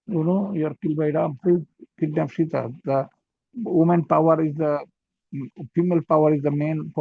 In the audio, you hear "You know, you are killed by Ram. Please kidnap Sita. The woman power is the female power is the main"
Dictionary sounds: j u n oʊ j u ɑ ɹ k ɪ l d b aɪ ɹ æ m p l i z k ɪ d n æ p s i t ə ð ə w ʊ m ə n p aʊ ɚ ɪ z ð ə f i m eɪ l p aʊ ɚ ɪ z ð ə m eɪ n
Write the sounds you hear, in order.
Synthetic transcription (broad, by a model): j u n oʊ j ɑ ɹ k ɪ l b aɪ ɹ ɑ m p u k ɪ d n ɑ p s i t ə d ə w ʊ m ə n p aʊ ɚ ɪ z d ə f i m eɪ l p aʊ ɚ ɪ z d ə m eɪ n